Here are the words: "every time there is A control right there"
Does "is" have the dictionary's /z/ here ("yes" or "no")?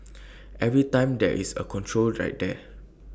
no